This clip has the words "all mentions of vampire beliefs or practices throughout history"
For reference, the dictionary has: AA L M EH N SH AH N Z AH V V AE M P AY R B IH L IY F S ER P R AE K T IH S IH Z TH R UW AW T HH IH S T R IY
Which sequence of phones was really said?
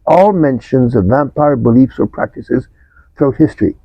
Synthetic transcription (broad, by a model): AA L M EH N SH AH N Z AH V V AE M P AY R B IH L IY F S ER P R AE K T IH S IH Z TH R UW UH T HH IH S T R IY